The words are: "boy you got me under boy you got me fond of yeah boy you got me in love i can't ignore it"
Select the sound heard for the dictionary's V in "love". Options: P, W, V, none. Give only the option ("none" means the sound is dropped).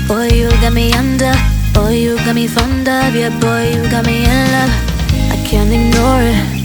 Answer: none